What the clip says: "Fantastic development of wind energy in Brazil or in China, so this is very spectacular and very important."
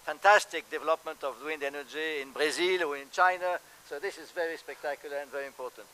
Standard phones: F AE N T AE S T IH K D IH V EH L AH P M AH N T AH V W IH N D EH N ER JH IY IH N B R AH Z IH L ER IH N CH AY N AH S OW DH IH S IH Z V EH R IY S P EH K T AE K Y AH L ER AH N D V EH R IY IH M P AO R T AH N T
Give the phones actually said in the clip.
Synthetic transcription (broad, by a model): F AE N T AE S T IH K D IH V EH L AH P M AH N T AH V W IH N D EH N ER JH IY IH N B R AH Z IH L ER IH N CH AY N AH S OW DH IH S IH Z V EH R IY S P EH K T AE K Y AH L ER AH N D V EH R IY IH M P AO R T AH N T